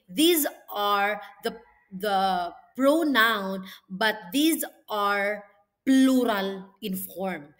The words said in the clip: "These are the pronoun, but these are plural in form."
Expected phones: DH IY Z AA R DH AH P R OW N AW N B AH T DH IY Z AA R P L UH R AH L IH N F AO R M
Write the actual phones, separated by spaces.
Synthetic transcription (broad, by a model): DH IY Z AA R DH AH P R OW N AW N B AH T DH IY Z AA R P L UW R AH L IH N F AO R M